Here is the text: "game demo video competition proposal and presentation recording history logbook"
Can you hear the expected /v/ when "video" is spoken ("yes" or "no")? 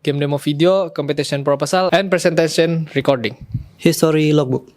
no